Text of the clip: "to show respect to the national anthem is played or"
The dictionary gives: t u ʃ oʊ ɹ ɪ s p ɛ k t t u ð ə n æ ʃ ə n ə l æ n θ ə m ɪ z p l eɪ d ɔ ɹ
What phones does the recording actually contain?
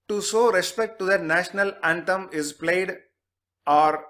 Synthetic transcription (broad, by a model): t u s oʊ ɹ ɪ s p ɛ k t t u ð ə n æ ʃ ə n ə l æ n t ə m ɪ z p l eɪ d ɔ ɹ